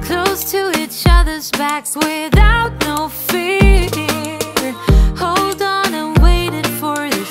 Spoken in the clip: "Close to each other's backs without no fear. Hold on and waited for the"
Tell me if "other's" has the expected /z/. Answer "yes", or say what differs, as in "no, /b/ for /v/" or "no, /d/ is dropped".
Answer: yes